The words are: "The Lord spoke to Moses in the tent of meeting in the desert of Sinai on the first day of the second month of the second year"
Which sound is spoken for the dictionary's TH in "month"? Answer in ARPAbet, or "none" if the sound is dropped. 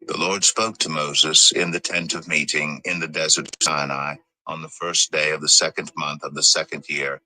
TH